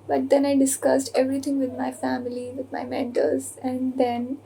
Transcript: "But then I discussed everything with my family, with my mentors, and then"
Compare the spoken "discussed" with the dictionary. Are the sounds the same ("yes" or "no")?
yes